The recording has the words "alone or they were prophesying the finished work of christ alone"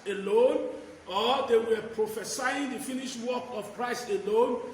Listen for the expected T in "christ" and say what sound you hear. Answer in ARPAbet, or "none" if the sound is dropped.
none